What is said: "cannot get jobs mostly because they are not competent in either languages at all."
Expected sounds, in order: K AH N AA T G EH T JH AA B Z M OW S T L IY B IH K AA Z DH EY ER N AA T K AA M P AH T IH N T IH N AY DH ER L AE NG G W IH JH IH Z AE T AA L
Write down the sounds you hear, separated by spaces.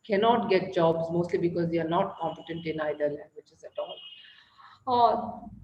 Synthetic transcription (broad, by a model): K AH N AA T G EH T JH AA B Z M OW S T L IY B IH K AA Z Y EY ER N AA T K AA M P AH T IH N T IH N AY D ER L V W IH CH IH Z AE T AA L